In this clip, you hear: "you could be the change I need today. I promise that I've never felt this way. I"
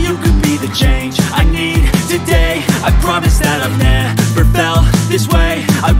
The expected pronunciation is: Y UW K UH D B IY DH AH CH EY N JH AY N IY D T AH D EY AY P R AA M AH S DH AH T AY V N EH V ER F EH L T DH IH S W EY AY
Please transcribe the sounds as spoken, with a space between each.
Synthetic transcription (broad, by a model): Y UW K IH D B IY DH AH CH EY N JH AY N IY D T AH D EY AY P R AA M AH S DH AH T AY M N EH P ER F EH L DH IH S W EY AY